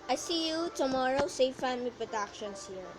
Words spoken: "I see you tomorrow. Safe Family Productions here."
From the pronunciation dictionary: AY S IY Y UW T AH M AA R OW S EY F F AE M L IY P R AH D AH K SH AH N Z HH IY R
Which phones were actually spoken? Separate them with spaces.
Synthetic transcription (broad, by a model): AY S IY Y UW T AH M AA R OW S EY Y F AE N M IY P R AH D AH K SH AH N S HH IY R